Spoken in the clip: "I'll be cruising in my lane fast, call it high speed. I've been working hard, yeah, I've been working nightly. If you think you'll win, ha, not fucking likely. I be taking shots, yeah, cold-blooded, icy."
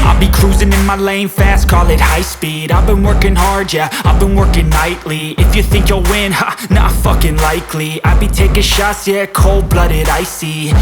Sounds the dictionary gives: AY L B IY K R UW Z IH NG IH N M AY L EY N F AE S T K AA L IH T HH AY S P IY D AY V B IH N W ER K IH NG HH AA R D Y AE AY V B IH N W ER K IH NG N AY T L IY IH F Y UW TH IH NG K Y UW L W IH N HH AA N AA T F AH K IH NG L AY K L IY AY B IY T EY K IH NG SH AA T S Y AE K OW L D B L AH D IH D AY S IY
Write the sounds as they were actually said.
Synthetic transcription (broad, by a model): AY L B IY K R UW Z IH NG IH N M AY L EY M F AE S T K AA L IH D HH AY S P IY D AY V B IH N W ER K IH NG HH AA R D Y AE AY V B IH N W ER K IH NG N AY T L IY IH F Y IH TH IH NG K Y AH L W IH N HH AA N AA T F AH K IH NG L AY K L IY AY B IY T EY K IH SH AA S Y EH K OW L D B L AH D IH D AY S IY